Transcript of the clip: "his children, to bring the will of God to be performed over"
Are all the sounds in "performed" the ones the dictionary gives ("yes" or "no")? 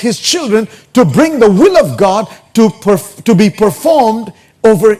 yes